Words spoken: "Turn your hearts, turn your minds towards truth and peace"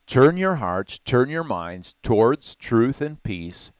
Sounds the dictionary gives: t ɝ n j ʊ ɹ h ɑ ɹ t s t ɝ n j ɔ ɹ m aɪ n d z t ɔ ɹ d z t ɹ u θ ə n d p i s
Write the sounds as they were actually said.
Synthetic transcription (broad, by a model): t ɝ n j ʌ ɹ h ɑ ɹ t s t ɝ n j ɔ ɹ m aɪ n d z t ɔ ɹ d z t ɹ u θ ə n p i s